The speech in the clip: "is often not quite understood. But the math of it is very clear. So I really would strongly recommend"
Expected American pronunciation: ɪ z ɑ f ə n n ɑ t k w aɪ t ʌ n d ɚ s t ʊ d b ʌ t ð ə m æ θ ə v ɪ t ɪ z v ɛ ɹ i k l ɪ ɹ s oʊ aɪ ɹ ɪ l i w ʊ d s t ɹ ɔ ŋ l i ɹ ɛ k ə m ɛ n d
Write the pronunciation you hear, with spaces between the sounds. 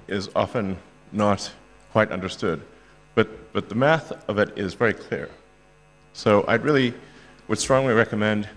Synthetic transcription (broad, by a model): ɪ z ɑ f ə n n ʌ t k w aɪ t ʌ n d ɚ s t ʊ d b ʌ t ð ə m æ θ ə v ɪ t ɪ z v ɛ ɹ i k l ɪ ɹ s oʊ aɪ ɹ ɪ l i w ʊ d s t ɹ ɔ ŋ l i ɹ ɛ k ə m ɛ n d